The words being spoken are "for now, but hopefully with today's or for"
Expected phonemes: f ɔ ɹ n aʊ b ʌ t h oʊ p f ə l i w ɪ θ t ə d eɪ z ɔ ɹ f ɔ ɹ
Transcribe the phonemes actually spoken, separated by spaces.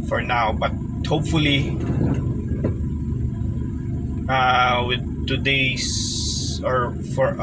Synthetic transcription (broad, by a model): f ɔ ɹ n aʊ b ʌ t h oʊ p f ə l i w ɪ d t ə d eɪ s ɔ ɹ f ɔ ɹ